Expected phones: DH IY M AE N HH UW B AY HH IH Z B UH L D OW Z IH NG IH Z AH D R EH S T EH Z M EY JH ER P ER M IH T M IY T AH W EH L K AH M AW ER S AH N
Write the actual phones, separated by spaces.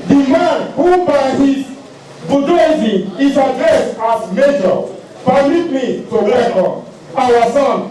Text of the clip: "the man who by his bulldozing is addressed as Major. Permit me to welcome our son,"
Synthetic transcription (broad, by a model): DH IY M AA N HH UW B AY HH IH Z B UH D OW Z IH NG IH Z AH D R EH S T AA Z M EY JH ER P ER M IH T M IY T AH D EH K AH AW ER S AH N